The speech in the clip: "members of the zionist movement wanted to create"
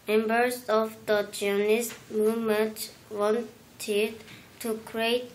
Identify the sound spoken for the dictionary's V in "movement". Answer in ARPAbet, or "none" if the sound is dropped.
none